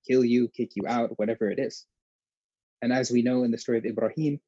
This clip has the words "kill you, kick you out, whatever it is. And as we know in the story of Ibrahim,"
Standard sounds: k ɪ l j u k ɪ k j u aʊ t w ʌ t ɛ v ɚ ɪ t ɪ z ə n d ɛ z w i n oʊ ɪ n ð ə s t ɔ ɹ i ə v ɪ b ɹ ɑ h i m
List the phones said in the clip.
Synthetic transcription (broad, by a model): k ɪ l j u k ɪ k j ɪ aʊ t w ʌ t ɛ v ɚ ɪ t ɪ z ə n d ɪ z w i n oʊ ɪ n ð ə s t ɔ ɹ i ə v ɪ b ɹ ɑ h i m